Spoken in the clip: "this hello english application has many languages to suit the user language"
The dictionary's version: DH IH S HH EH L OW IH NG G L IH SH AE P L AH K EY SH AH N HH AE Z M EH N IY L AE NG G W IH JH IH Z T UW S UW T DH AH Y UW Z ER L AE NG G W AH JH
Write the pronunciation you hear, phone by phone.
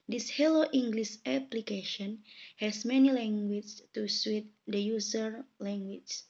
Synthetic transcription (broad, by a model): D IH S HH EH L OW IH NG G L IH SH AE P L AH K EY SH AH N HH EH S M EH N IY L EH NG G W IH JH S T UW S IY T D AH Y UW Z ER L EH NG G W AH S